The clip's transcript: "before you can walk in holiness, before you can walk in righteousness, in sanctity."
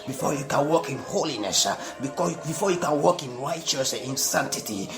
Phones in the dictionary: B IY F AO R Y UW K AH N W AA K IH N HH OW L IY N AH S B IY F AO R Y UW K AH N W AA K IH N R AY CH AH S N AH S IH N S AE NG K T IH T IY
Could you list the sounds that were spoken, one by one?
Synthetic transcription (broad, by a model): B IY F AO Y UW K AH N W AA K IH N HH OW L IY N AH S B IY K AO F Y UW K AH N W AA K IH N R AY AH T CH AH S IH N S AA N T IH T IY